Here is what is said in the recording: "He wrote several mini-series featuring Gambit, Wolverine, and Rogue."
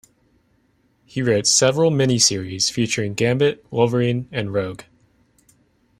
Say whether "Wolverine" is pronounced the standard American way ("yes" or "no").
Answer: no